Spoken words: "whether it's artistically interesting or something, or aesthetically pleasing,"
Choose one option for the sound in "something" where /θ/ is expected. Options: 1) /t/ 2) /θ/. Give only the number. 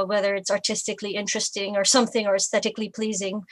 2